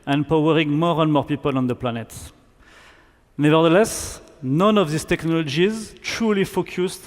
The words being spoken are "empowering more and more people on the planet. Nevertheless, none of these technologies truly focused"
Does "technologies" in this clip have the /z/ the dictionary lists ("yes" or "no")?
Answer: yes